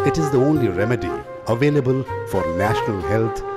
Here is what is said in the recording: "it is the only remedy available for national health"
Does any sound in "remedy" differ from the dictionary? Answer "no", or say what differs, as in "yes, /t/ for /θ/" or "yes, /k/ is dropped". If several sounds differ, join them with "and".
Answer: no